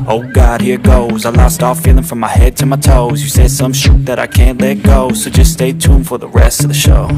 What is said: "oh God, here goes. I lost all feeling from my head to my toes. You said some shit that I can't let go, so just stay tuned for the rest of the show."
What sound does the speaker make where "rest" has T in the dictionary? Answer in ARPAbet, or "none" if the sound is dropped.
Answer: T